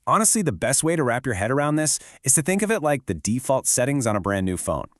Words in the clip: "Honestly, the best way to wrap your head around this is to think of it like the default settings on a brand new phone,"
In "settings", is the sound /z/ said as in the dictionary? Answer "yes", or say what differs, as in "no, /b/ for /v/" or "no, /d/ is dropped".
yes